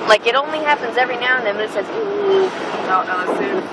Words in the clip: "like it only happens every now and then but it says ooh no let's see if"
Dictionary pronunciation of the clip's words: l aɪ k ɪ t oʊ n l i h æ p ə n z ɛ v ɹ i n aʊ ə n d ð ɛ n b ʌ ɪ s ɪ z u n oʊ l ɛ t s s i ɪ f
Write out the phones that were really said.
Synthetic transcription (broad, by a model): l aɪ k ɪ t oʊ n l i h æ p ə n z ɛ v ɹ i n aʊ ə n ð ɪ n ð ɪ s ɪ z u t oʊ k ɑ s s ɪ